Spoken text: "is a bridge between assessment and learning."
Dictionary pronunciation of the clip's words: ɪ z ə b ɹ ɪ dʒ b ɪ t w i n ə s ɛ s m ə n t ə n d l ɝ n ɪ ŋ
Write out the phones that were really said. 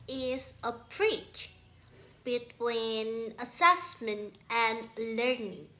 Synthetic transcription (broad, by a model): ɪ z ə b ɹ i tʃ b ɪ t w i n ə s ɛ s m ə n t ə n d l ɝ n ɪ ŋ